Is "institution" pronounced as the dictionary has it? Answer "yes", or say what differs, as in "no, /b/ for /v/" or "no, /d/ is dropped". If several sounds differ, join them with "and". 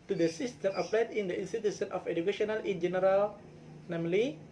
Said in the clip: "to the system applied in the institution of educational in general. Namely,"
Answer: no, /s/ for /ʃ/